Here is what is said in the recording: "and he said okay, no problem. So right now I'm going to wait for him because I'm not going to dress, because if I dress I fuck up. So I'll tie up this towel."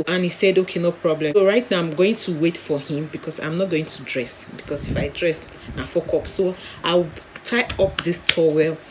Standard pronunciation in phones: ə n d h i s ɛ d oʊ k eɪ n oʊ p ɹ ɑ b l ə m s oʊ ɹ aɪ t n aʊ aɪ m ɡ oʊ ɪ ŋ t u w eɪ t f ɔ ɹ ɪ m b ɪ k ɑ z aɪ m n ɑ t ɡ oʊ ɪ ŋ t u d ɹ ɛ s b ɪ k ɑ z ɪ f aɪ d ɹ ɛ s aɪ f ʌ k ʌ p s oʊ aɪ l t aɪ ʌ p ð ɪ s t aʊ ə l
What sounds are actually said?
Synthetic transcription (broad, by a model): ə n h i s ɛ d oʊ k eɪ n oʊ p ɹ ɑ b l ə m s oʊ ɹ aɪ t n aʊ aɪ m ɡ oʊ ɪ ŋ t u w eɪ t f ɔ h ɪ m b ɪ k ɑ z aɪ m n ɑ t ɡ oʊ ɪ ŋ t u d ɹ ɛ s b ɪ k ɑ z ɪ f aɪ d ɹ ɛ s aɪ f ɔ k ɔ p s oʊ aɪ w t aɪ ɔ p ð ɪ s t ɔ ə l